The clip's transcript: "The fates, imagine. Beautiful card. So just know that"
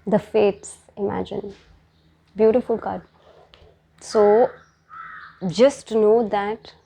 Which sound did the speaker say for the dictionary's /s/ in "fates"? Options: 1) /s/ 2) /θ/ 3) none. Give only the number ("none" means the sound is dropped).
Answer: 1